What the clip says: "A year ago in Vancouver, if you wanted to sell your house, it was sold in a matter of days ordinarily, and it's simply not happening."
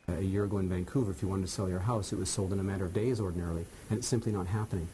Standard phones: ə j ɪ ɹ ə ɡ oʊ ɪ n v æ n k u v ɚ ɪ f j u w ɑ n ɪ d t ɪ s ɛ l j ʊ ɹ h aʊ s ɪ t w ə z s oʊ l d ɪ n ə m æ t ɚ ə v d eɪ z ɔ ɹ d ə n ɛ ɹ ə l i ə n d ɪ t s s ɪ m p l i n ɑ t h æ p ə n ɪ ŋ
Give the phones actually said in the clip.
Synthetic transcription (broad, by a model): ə j ɪ ɹ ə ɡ oʊ ɪ n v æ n k u v ɚ ɪ f j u w ɑ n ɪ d t ɪ s ɛ l j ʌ ɹ h aʊ s ɪ t w ə z s oʊ l d ɪ n ə m æ t ɚ ə v d eɪ z ɔ ɹ d n ɛ ɹ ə l i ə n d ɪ t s s ɪ m p l i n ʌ t h æ p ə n ɪ ŋ